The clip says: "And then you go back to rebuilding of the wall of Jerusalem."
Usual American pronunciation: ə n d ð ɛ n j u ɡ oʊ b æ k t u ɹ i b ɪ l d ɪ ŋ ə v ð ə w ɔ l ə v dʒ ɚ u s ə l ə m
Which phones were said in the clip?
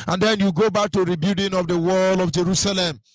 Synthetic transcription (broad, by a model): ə n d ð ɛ n j u ɡ oʊ b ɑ k t u ɹ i b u d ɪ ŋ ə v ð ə w ɔ l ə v dʒ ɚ u s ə l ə m